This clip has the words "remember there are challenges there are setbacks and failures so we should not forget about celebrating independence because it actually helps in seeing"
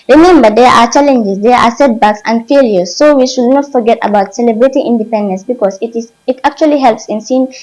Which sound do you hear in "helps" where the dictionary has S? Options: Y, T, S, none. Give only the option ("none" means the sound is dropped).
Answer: S